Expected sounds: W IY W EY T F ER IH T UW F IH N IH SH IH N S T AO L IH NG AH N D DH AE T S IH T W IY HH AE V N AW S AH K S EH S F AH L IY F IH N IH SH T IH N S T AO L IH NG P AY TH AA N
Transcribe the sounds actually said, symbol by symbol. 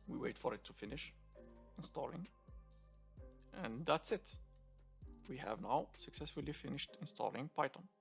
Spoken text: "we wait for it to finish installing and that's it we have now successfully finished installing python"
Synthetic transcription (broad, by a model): W IY W EY T F ER IH T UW F IH N IH SH IH N S T AO L IH NG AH N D DH AE T S IH T W IY HH AE V N AW S AH K S EH S F AH L IY F IH N IH SH T IH N S T AO L IH NG P AY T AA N